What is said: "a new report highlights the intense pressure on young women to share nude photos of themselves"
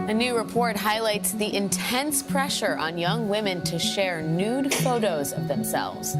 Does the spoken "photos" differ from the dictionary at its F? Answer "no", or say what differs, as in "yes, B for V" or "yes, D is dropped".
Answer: no